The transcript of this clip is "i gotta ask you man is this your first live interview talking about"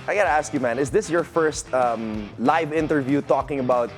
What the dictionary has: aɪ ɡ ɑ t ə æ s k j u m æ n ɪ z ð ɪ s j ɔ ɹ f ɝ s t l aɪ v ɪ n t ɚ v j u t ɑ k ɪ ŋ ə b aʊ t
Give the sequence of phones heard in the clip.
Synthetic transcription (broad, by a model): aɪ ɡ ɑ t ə æ s k j u m æ n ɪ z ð ɪ s j ɔ ɹ f ɝ s t l aɪ v ɪ n t ɚ v j u t ɑ k ɪ ŋ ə b aʊ t